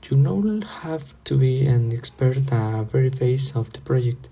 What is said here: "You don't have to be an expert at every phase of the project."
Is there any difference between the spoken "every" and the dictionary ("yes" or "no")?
yes